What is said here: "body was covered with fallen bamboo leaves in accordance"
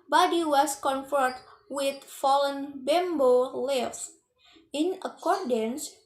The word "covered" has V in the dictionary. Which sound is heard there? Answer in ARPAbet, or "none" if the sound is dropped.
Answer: F